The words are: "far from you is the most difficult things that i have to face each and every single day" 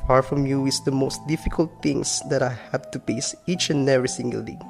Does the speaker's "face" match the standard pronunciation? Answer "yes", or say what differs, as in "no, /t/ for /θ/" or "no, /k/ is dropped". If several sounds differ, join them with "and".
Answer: no, /p/ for /f/